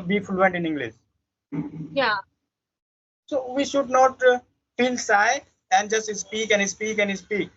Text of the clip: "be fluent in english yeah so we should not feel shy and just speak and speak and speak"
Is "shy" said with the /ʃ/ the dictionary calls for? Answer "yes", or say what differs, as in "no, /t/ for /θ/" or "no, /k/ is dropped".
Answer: no, /s/ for /ʃ/